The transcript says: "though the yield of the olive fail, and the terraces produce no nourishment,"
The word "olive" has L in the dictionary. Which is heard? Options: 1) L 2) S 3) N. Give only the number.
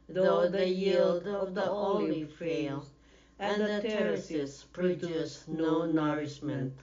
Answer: 3